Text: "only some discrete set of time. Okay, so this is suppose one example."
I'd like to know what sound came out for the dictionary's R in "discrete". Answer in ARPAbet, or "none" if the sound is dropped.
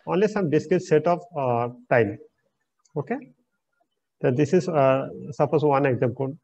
none